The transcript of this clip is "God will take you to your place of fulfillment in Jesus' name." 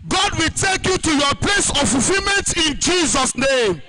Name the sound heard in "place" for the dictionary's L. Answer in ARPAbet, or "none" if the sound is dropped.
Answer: L